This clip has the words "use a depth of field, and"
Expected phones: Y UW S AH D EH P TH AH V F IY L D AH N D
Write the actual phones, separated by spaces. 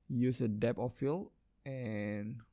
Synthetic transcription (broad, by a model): Y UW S AH D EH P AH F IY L AH N